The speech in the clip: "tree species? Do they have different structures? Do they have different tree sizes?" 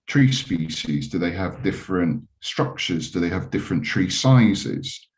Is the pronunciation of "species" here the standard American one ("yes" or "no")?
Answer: yes